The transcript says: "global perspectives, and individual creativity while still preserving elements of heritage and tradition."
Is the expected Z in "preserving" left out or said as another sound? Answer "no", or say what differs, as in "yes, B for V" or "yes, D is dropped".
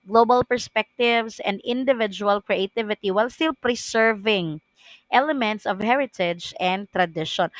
yes, S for Z